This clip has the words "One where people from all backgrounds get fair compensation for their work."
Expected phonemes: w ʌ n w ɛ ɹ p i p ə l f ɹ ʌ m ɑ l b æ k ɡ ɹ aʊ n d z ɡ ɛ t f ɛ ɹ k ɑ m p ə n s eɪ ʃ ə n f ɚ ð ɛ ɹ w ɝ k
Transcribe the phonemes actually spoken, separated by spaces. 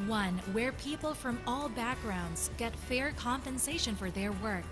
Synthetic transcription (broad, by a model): w ʌ n w ɛ ɹ p i p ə l f ɹ ʌ m ɑ l b æ k ɡ ɹ aʊ n d z ɡ ɛ t f ɛ ɹ k ɑ m p ə n s eɪ ʃ ə n f ɚ ð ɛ ɹ w ɝ k